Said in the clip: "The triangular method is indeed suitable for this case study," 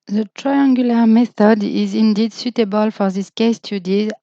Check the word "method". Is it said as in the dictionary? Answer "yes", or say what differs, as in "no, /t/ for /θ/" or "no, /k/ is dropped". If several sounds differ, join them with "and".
yes